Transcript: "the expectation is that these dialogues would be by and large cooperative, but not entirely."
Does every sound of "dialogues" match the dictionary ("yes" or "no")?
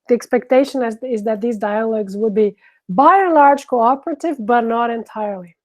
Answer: yes